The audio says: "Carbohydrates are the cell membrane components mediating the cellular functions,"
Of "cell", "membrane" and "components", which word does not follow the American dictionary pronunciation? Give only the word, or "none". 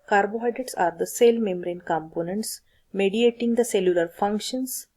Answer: membrane